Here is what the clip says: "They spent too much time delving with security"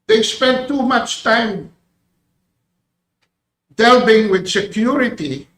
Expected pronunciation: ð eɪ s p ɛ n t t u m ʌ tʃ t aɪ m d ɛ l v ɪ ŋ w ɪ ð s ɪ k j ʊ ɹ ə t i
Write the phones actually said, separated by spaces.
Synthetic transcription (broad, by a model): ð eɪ s p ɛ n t t u m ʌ tʃ t aɪ m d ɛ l b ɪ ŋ w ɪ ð s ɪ k j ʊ ɹ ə t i